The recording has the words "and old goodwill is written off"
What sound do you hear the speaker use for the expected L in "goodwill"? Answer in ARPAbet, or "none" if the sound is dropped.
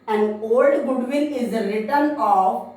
N